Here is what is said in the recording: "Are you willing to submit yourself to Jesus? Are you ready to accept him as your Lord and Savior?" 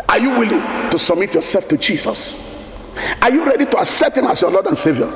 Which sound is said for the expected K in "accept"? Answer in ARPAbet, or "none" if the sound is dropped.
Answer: K